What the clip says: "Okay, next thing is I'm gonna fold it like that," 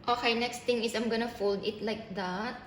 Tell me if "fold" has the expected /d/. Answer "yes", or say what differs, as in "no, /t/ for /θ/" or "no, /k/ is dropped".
yes